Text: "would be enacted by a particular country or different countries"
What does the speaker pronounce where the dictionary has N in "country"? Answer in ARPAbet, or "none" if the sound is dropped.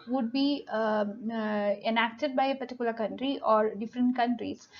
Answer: N